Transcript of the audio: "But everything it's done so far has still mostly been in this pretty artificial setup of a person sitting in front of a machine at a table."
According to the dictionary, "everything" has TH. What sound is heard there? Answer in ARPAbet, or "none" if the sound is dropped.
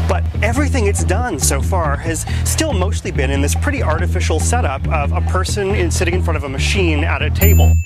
TH